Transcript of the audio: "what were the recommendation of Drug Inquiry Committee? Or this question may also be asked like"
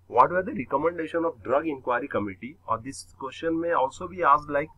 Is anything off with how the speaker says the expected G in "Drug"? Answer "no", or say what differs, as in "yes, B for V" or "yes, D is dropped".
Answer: no